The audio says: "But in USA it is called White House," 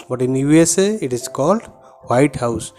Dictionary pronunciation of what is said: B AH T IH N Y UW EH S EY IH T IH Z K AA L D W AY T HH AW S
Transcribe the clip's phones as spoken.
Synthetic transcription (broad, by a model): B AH T IH N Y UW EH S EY IH T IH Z K AA L D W AY T HH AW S